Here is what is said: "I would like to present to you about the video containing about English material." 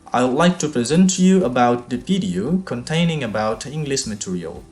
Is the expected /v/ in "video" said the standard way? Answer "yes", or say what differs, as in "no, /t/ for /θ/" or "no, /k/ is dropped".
no, /p/ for /v/